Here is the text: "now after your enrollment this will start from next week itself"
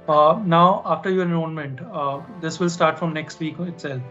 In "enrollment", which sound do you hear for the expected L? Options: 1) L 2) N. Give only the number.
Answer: 2